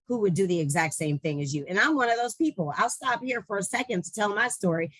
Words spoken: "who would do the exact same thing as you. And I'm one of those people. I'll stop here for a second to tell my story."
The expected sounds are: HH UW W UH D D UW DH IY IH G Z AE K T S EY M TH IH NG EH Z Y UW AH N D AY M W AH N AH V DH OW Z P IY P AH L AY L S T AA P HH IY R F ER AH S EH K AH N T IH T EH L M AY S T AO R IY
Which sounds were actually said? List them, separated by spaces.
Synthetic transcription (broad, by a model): HH UW W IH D D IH DH IY IH G Z AE K T S EY M TH IH NG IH Z Y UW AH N AY M W AH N AH V DH OW Z P IY P L AY L S T AA P HH IY R F ER AH S EH K AH N T IH T EH L M AY S T AO R IY